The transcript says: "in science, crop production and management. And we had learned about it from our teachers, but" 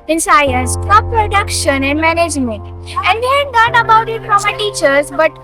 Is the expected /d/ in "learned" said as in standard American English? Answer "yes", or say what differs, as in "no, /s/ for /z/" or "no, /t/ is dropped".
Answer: no, /d/ is dropped